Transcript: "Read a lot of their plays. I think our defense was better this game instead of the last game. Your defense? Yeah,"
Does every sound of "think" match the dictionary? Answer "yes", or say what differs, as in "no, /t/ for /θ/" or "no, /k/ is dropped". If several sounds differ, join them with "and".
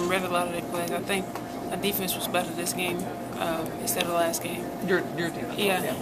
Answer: yes